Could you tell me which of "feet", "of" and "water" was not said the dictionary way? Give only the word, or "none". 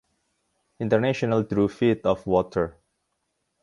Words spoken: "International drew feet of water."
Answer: of